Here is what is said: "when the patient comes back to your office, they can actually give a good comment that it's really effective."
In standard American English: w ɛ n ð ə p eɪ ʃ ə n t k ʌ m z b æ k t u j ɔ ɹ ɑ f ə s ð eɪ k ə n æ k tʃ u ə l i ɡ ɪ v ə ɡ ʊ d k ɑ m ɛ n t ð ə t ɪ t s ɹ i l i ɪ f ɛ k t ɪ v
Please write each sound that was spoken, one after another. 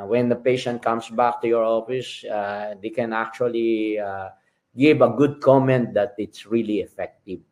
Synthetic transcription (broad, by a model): w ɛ n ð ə p eɪ ʃ ə n t k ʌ m s b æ k t u j ɔ ɹ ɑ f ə s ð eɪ k ə n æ k tʃ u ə l i ɡ ɪ v ə ɡ ʊ d k ɑ m ɛ n t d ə t ɪ t s ɹ i l i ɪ f ɛ k t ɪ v